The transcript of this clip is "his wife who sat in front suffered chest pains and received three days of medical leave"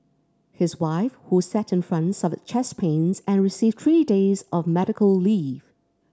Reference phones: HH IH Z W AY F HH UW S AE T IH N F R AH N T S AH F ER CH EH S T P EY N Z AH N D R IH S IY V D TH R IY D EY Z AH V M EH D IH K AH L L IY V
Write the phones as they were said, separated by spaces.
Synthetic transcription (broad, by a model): HH IH Z W AY F HH UW S AE T IH N F R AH N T S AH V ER CH EH S P EY N Z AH N R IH S IY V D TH R IY D EY Z AH V M EH D IH K AH L L IY V